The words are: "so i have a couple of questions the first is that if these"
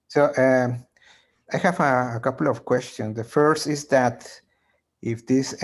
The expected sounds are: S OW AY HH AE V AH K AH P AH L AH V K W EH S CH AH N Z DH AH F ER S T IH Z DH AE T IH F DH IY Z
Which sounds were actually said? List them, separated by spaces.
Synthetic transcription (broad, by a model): S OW AY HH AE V AH K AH P L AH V K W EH S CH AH N S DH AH F ER S T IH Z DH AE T IH F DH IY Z